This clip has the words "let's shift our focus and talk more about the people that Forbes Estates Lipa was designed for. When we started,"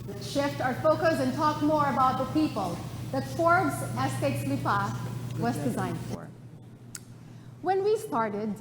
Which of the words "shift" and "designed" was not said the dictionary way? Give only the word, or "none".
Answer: none